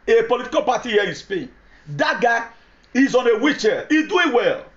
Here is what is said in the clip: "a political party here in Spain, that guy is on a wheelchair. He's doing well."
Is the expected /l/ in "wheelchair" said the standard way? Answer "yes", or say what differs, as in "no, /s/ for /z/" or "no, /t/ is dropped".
no, /l/ is dropped